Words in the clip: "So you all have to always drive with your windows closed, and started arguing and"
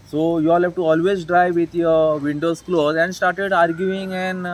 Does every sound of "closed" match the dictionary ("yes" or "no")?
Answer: no